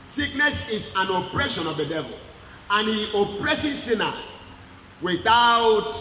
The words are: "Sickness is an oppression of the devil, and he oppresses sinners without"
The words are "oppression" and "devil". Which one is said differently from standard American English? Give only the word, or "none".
none